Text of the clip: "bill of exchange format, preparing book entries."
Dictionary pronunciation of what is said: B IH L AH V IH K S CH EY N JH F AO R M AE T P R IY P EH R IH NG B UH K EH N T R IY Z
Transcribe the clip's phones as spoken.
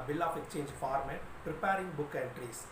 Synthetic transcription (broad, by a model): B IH L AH F IH K S CH EY N JH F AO R M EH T P R IY P EH R IH NG B UH K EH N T R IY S